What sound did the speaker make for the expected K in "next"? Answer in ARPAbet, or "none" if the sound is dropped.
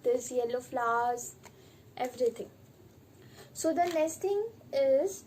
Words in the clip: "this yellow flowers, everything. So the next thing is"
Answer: none